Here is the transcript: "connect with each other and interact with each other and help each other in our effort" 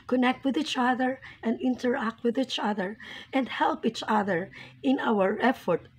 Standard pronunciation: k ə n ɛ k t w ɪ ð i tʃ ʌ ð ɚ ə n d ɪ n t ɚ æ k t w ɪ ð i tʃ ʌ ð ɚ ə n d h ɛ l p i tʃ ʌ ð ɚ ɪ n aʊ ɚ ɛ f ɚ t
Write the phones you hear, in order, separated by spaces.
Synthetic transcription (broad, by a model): k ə n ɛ k t w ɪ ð i tʃ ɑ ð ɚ ə n d ɪ n t ɚ æ k t w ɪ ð i tʃ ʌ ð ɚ ə n d h ɛ l p i tʃ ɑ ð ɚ ɪ n aʊ ɚ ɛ f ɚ t